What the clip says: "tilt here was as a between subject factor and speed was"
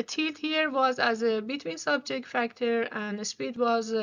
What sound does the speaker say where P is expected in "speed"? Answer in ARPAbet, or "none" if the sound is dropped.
P